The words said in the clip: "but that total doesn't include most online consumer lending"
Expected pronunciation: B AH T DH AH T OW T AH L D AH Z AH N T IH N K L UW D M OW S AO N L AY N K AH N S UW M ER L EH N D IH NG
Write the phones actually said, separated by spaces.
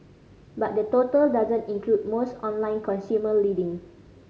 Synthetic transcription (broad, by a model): B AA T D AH T OW T AH L D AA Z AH N T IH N K L UW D M OW S AO N L AY N K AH N S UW M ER L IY D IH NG